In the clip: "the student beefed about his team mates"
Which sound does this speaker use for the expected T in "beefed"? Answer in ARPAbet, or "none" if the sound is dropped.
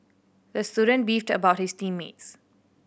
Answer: T